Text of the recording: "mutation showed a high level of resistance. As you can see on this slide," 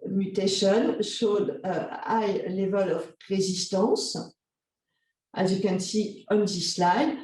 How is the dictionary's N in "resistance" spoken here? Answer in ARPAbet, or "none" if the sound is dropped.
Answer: none